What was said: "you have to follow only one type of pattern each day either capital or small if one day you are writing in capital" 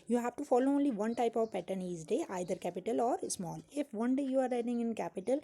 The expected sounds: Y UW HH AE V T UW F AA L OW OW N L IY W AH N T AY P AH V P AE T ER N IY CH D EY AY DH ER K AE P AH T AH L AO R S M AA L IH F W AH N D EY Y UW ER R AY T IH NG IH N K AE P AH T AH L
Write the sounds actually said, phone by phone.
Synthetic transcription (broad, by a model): Y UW HH AE V T UW F AA L OW OW N L IY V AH N T AY P AH V P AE T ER N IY S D EY AY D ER K AE P AH T AH L AO R S M AA L IH F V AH N D EY Y UW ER R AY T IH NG IH N K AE P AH T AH L